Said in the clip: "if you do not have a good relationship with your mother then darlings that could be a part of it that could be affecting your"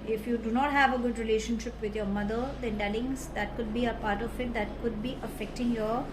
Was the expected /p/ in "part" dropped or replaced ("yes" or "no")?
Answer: no